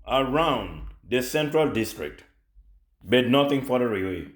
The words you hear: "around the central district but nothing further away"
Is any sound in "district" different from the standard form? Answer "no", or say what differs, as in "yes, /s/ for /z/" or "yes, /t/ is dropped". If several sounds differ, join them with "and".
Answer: no